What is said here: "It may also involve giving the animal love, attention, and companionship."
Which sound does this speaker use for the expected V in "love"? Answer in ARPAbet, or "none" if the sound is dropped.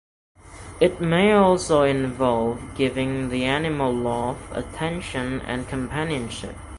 F